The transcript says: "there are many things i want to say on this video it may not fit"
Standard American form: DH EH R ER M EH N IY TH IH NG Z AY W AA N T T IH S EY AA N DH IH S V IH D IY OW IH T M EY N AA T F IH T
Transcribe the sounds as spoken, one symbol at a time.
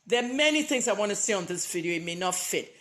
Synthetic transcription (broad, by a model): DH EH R M EH N IY TH IH NG Z AY W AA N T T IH S EY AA N DH IH S V IH D IY OW IH T M EY N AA T F IH T